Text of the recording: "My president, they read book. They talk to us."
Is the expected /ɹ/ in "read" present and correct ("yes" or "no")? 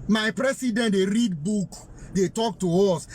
yes